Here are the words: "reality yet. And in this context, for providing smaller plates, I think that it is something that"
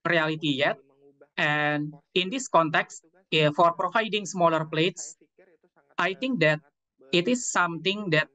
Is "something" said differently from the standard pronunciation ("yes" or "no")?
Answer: yes